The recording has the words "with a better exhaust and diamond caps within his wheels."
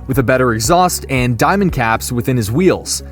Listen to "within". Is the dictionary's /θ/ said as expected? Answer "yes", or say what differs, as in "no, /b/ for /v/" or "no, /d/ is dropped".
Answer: yes